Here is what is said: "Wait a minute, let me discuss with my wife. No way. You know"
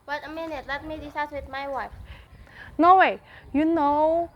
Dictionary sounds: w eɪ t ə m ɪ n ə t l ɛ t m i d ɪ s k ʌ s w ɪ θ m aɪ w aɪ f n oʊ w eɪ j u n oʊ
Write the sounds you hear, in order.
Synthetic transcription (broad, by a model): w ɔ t ə m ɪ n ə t l ɛ t m i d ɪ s ɑ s w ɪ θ m aɪ w aɪ f n oʊ w eɪ j u n oʊ